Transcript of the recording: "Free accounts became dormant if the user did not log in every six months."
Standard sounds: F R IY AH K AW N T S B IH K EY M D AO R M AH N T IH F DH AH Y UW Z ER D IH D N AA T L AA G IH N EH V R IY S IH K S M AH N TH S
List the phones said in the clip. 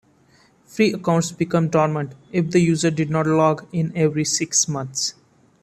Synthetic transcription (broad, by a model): F R IY AH K AW N T S B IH K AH M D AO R M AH N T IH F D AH Y UW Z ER D IH D N AA T L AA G IH N EH V R IY S IH K S M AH N T S